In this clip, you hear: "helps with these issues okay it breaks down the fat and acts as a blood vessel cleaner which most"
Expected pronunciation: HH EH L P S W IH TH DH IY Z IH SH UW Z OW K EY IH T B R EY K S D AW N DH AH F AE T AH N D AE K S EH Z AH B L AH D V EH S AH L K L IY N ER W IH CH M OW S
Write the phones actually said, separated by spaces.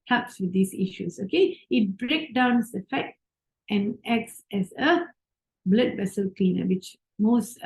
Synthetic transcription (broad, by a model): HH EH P S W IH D IY S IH SH UW S OW K EY IH T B R EY K D AW N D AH F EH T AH N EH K S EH S AH B L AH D V EH S AH L K L IY N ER W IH CH M OW S